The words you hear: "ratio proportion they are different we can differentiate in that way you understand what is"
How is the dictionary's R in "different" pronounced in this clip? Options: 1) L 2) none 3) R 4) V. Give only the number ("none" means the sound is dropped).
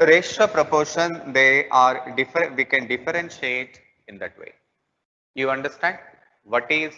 2